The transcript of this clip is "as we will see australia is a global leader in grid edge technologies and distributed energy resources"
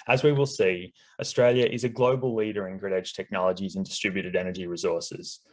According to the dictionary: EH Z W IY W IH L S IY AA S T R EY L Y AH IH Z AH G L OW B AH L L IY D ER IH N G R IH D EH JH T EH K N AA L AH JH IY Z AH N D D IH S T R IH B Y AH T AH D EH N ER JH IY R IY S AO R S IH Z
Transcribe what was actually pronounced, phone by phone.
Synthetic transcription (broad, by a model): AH Z W IY W IH L S IY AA S T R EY L Y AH IH Z AH G L OW B AH L L IY D ER IH N G R IH D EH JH T EH K N AA L AH JH IY Z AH N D D IH S T R IH B Y AH T AH D EH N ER JH IY R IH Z AO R S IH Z